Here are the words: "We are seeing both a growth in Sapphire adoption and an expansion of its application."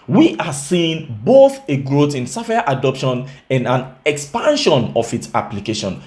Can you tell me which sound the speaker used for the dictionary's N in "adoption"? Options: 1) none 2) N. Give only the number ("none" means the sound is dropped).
2